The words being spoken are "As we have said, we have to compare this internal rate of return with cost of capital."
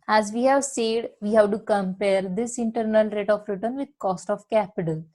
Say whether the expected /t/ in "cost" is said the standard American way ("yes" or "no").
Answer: yes